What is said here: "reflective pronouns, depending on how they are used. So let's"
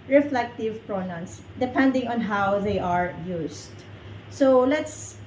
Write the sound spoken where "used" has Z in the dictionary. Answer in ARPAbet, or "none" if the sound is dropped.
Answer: S